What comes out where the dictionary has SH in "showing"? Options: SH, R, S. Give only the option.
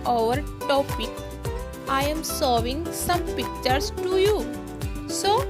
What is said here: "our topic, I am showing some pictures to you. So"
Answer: S